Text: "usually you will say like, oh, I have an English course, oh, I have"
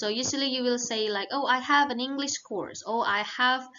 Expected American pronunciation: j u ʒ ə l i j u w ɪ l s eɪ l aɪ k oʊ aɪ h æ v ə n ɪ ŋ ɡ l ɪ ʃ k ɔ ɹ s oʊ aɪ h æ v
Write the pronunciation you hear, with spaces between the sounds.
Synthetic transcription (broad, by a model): j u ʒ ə l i j u w ɪ l s eɪ l aɪ k oʊ aɪ h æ v ə n ɪ ŋ ɡ l ɪ ʃ k ɔ ɹ s oʊ aɪ h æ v